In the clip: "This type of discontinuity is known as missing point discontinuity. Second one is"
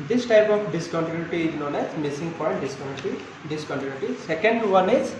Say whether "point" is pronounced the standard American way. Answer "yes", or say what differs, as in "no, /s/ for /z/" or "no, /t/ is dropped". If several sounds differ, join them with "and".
no, /n/ is dropped